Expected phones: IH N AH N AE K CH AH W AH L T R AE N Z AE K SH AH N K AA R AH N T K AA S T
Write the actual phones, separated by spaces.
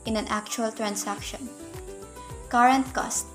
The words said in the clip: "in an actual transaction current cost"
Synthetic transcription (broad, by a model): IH N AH N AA K CH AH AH L T R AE N S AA K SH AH N K AA R AH N T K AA S